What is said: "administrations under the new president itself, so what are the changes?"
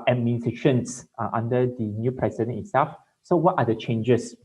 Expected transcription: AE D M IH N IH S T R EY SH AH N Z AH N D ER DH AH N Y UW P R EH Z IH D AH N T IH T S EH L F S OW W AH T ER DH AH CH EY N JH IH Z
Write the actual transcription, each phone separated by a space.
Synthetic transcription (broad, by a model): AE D M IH N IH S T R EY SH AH N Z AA N D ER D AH N Y UW P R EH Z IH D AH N IH T S EH L F S OW W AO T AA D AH CH EY N JH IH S